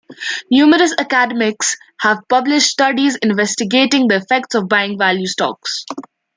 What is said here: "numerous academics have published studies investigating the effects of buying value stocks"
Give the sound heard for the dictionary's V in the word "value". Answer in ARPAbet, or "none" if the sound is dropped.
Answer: V